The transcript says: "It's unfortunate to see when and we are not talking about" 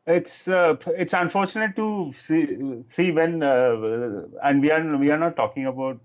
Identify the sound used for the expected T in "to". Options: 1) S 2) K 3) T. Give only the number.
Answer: 1